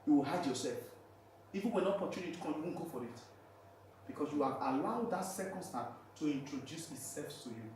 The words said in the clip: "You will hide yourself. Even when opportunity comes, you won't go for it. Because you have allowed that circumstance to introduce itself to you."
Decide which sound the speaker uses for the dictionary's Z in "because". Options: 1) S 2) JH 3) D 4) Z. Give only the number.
1